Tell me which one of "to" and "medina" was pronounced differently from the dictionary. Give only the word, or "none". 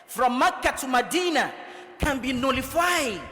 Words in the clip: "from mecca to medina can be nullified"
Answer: to